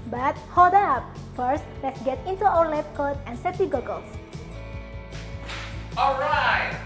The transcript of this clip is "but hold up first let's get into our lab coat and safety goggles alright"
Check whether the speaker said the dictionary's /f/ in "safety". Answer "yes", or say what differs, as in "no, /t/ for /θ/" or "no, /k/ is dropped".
no, /f/ is dropped